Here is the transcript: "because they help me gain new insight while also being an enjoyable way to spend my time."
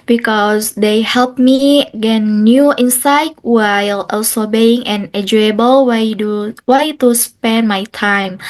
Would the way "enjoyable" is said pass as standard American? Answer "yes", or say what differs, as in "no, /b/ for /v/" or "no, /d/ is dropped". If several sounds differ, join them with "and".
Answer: no, /n/ is dropped